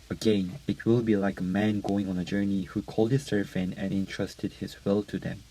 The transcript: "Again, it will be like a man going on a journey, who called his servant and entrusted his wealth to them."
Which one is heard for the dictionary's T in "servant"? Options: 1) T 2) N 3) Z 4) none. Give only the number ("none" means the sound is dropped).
4